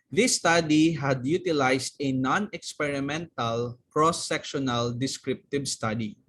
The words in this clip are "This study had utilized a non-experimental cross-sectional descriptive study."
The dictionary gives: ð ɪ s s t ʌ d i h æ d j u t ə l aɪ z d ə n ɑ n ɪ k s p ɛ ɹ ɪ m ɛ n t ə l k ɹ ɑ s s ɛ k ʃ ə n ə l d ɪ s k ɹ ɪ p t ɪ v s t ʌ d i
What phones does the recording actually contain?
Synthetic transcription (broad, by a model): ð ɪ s s t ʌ d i h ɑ d j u t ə l aɪ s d ə n ɑ n ɪ k s p ɛ ɹ ɪ m ɛ n t ə l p ɹ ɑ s s ɛ k ʃ ə n ə l d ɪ s k ɹ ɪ p t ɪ b s t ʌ d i